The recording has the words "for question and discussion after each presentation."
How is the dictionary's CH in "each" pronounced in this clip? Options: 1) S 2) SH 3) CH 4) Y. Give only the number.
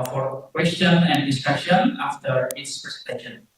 1